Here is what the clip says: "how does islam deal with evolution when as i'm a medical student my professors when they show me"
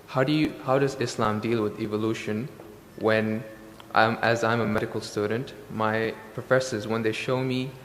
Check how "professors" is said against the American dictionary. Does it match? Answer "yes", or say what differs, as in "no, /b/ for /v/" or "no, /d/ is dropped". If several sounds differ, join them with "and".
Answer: yes